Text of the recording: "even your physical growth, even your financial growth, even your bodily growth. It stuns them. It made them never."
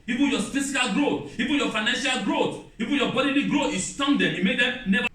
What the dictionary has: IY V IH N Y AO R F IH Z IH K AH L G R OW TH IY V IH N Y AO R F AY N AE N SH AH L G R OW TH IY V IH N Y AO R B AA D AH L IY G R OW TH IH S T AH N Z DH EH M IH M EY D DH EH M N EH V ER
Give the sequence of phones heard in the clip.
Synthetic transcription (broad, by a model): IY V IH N Y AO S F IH S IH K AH L G R OW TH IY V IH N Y AO F AY N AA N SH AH L G R OW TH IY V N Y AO B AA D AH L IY G R OW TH IH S T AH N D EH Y IH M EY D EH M N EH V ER